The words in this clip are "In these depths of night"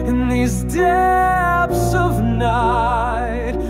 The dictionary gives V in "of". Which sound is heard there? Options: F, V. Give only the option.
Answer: V